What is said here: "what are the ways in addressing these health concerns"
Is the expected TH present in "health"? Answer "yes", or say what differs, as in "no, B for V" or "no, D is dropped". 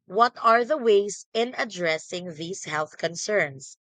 yes